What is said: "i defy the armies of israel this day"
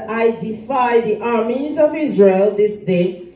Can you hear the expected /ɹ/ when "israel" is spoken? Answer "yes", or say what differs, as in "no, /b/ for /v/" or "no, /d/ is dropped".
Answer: yes